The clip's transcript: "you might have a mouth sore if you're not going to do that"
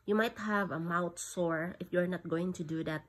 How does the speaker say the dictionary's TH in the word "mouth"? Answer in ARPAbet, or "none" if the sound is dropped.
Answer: T